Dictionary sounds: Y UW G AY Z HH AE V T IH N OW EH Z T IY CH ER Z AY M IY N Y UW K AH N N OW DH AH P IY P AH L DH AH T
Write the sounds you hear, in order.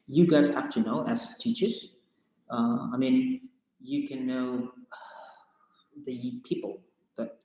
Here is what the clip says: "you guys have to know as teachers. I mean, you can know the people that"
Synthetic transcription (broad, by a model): Y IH G AY Z HH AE F T IH N OW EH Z T IY CH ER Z AY M IY N Y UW K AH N N OW DH AH P IY P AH L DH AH T